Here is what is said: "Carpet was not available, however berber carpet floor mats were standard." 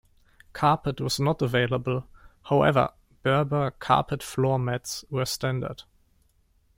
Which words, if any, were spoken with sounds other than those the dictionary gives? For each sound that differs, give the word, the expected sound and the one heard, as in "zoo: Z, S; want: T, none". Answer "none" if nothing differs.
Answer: none